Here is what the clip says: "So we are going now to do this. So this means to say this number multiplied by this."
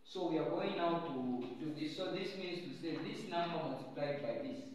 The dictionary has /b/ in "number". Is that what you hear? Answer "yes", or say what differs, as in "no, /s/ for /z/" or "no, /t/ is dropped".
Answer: no, /b/ is dropped